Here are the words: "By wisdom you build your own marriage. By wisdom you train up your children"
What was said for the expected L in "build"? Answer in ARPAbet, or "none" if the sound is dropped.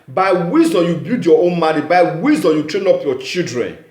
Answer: none